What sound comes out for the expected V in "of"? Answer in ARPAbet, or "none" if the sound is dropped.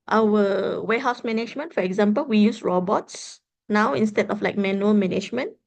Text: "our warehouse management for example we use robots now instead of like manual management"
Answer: F